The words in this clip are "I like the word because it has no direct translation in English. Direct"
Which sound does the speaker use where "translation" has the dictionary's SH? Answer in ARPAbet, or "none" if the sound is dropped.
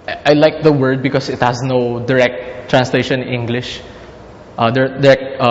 none